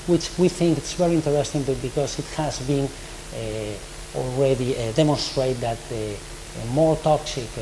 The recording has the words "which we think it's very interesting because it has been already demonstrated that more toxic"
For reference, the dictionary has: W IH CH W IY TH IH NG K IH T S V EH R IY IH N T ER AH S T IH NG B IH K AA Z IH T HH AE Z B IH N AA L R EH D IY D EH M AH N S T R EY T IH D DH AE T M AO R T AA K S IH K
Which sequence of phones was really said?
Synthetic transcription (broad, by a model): W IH CH W IY TH IH NG K IH T S V EH R IY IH N T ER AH S T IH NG B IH K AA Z IH T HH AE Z B IH N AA L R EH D IY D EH M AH N S T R EY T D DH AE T M AO R T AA K S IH K